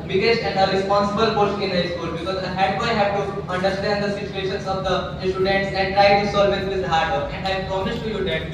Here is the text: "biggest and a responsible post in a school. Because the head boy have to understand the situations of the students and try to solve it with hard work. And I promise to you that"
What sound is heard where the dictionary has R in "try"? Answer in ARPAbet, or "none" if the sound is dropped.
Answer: none